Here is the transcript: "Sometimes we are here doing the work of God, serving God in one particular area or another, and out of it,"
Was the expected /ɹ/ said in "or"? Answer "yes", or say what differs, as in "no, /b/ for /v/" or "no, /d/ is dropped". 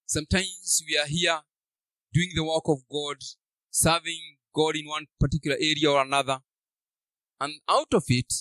yes